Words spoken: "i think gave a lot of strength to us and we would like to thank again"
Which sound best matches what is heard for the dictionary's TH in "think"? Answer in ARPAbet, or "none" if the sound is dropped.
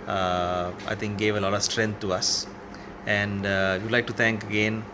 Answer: T